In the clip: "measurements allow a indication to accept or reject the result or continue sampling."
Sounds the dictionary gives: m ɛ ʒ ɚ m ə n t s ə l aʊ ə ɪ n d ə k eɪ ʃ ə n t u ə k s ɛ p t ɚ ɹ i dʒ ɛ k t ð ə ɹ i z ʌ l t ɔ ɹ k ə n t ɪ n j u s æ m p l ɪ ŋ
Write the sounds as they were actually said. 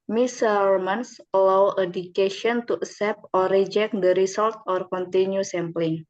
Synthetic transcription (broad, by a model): m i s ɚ m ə n s ə l aʊ ə d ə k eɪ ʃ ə n t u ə s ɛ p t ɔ ɹ i dʒ ɛ k t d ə ɹ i s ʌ l t ɔ ɹ k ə n t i n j u s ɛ m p l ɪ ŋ